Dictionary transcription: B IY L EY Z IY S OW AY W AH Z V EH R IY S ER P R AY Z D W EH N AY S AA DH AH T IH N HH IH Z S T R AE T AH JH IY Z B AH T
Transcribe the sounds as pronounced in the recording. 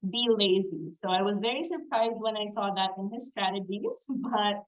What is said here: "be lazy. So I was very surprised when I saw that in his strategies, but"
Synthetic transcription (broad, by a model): B IY L EY Z IY S OW AY W AH Z V EH R IY S ER P R AY Z D W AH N AY S AA DH AH T IH N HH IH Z S T R AE T AH JH IY Z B AH T